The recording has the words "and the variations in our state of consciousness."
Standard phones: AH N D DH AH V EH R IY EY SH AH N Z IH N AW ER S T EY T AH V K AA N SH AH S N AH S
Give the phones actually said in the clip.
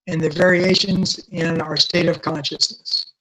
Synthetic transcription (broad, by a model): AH N DH AH V EH R IY EY SH AH N Z IH N AW ER S T EY T AH V K AA N SH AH S N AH S